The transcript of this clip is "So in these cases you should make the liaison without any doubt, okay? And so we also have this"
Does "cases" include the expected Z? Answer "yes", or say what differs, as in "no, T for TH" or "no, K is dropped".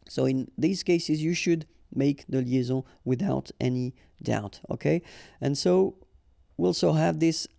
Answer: yes